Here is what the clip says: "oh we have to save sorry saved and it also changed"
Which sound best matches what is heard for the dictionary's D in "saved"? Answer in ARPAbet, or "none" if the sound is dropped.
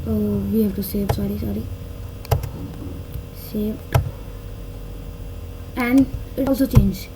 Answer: none